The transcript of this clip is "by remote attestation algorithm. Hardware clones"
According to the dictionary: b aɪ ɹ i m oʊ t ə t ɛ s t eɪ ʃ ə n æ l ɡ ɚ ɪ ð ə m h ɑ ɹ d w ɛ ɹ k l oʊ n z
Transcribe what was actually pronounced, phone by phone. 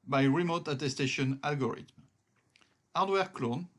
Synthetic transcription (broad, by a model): b aɪ ɹ i m oʊ t ə t ɛ s t eɪ ʃ ə n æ l ɡ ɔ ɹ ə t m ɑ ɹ d w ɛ ɹ k l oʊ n